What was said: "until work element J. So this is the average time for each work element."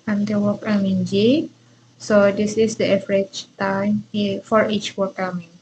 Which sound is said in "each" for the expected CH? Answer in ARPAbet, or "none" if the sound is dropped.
CH